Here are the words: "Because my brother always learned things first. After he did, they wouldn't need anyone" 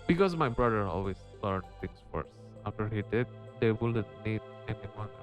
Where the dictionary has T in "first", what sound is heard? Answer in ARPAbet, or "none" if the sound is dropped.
none